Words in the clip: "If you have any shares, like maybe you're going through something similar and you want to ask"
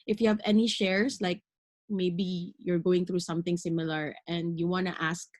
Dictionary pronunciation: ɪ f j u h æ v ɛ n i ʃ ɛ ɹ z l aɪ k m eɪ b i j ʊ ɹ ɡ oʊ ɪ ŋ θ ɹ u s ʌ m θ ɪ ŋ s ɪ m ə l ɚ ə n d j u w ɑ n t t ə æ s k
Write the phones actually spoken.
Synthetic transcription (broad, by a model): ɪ f j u h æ v ɛ n i ʃ ɛ ɹ s l aɪ k m eɪ b i j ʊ ɹ ɡ oʊ ɪ ŋ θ ɹ u s ʌ m θ ɪ ŋ s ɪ m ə l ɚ ə n d j u w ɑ n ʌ t ə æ s k